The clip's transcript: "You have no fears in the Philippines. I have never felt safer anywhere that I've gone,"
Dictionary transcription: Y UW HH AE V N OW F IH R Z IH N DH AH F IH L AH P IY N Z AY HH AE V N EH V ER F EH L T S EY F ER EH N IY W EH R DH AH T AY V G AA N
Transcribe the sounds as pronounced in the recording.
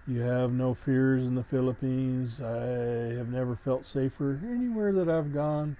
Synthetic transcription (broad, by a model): Y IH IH V N OW F IH R Z IH N DH AH F IH L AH P IY N Z AY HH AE V N EH V ER F EH L T S EY F ER EH N IY W EH R DH AH T AY V G AA N